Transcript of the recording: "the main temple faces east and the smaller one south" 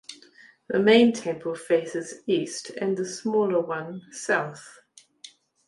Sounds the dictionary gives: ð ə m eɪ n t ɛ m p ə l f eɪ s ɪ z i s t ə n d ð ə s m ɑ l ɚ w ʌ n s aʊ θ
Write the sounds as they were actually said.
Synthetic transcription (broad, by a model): ð ə m eɪ n t ɛ m p ə l f eɪ s ɪ z i s t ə n ð ə s m ɑ l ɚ w ʌ n s aʊ θ